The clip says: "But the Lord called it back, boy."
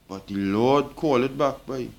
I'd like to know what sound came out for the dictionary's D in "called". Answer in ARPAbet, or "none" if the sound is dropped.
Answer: none